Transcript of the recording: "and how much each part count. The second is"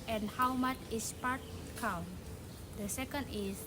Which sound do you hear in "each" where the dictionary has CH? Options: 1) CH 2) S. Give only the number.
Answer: 2